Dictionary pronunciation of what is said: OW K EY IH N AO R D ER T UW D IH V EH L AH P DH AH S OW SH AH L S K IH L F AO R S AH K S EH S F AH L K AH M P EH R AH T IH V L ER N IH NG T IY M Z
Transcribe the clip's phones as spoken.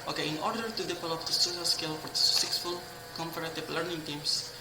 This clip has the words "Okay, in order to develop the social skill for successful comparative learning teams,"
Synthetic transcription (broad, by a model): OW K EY IH N AO R D ER T UW D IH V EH L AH P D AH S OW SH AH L S K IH L F AO R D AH S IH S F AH L K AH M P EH R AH T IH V L ER N IH NG T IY M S